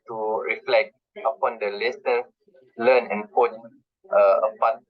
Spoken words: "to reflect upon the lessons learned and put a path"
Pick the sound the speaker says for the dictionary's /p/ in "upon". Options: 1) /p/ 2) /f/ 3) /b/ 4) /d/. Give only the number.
1